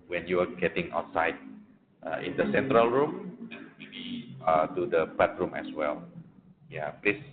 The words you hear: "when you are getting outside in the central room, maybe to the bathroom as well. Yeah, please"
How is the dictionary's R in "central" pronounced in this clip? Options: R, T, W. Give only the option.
R